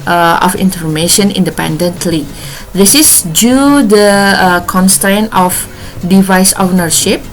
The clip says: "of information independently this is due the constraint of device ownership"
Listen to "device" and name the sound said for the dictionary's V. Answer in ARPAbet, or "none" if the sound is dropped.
V